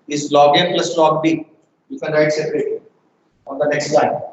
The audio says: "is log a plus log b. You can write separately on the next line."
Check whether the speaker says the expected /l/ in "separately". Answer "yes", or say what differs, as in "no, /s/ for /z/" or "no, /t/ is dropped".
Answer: no, /l/ is dropped